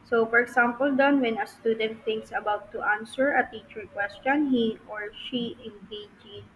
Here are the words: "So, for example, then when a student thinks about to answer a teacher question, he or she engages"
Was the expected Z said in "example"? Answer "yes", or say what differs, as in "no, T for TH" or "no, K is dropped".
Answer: no, S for Z